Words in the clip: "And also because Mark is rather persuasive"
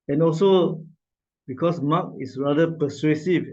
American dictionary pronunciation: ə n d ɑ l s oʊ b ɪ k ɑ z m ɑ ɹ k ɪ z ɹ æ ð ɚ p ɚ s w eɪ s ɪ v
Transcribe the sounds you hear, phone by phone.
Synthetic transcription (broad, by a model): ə n ɑ l s oʊ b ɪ k ɑ s m ɑ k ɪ s ɹ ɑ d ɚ p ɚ s w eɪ s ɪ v